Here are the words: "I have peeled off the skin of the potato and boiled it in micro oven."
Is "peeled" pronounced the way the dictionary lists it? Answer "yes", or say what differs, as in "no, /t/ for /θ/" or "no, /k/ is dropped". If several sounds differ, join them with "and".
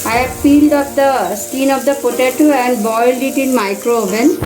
yes